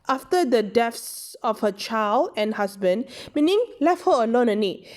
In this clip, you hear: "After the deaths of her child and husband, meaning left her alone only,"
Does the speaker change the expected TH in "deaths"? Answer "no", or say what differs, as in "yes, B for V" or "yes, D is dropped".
yes, F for TH